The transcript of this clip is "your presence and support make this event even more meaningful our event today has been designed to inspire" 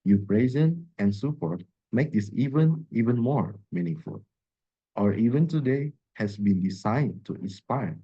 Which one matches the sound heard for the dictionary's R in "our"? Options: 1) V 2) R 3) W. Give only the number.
2